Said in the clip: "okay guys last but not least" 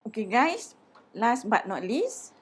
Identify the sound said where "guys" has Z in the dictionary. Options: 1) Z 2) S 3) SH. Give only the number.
2